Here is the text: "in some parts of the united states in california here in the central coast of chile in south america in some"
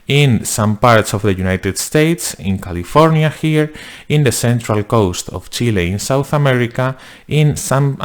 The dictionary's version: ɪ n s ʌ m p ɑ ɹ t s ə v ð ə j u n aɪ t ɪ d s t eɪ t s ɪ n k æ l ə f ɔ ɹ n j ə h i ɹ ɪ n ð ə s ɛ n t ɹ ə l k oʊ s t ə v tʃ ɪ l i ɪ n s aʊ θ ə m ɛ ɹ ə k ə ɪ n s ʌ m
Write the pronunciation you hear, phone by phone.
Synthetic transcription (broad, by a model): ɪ n s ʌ m p ɑ ɹ t s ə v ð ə j u n aɪ t ɪ d s t eɪ t s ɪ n k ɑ l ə f ɔ ɹ n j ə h i ɹ ɪ n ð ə s ɛ n t ɹ ə l k oʊ s t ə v tʃ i l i ɪ n s aʊ θ ə m ɛ ɹ ə k ə ɪ n s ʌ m